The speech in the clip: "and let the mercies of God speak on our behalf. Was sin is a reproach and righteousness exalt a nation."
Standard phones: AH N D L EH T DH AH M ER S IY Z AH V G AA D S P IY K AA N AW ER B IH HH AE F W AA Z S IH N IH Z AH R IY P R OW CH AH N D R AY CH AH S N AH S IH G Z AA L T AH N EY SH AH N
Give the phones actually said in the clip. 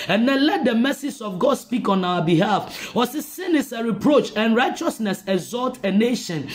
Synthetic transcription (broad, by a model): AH N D L EH T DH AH M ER S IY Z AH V G AA D S P IY K AA N AW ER B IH HH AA F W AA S S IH N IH S AH R IY P R OW CH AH N R AY CH AH S N AH S IH G Z AA L T AH N EY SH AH N